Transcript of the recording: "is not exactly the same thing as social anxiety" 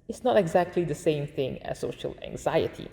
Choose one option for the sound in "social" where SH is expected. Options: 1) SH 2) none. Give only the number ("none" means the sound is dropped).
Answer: 1